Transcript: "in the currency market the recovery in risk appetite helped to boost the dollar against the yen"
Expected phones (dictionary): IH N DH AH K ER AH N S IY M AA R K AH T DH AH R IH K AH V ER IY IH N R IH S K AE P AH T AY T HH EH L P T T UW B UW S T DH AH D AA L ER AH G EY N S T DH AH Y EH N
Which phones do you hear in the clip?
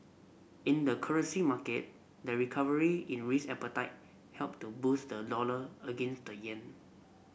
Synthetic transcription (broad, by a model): IH N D AH K ER AH N S IY M AA K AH T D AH R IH K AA V ER IY IH N R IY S EH P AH T AY T HH EH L P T T UW B UW S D AH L AA L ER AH G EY N S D AH Y EH N